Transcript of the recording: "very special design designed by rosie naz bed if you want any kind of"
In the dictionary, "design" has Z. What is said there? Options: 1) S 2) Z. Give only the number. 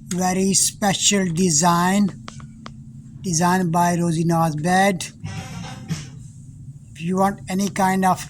2